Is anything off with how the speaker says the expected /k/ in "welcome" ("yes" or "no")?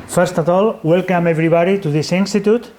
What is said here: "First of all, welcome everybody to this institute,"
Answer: no